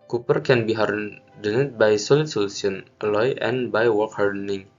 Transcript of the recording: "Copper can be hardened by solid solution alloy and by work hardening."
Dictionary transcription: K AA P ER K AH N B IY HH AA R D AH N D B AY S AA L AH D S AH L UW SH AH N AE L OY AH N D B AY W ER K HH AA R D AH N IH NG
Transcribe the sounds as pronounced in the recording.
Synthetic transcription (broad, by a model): K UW P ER K AH N B IY HH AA R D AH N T B AY S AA L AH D S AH L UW S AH N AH L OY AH N B AY W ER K HH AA R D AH N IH NG